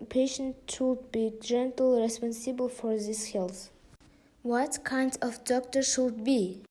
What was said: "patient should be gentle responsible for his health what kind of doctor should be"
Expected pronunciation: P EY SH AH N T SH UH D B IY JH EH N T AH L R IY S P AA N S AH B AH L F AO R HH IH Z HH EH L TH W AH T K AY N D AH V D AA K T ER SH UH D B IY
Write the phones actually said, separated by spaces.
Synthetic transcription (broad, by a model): P EY SH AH N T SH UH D B IY JH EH N T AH L R IY S P AA N S AH B AH L F AO R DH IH S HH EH L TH W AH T K AY N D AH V D AA K T ER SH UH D B IY